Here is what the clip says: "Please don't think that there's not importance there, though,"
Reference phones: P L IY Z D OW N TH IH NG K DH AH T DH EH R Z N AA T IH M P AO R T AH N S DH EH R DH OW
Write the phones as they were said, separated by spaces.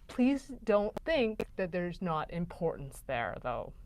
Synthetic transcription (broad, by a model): P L IY Z D OW N TH IH NG K DH AH T DH EH R Z N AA T IH M P AO R T N S DH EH R DH OW